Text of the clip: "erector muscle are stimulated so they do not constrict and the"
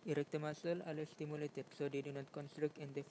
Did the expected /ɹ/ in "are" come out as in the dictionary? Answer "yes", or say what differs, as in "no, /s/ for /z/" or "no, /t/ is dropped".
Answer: no, /l/ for /ɹ/